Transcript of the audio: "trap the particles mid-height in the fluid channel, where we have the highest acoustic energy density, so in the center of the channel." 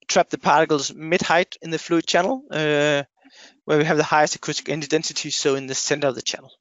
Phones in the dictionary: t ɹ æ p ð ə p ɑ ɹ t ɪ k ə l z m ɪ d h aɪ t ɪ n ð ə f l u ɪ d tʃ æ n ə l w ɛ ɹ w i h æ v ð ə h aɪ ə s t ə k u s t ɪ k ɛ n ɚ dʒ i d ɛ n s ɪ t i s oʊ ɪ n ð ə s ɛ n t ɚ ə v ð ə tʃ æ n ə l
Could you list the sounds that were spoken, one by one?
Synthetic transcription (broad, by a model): t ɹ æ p ð ə p ɑ ɹ t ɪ k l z m ɪ d h aɪ t ɪ n ð ə f l u ɪ d tʃ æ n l w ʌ ɹ w i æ v ð ə h aɪ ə s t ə k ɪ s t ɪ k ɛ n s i d ɛ n s ɪ t i s oʊ ɪ n ð ə s ɛ n t ɚ ə v ð ə tʃ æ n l